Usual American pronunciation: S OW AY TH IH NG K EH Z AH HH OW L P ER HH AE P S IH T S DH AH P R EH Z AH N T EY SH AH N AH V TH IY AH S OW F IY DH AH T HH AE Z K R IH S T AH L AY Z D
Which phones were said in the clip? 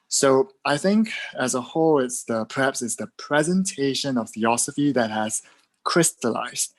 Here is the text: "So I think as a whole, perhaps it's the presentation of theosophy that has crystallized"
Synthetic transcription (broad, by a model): S OW AY TH IH NG K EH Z AH HH OW L P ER HH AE P S IH T S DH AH P R EH Z AH N T EY SH AH N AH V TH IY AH S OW F IY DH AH T HH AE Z K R IH S T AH L AY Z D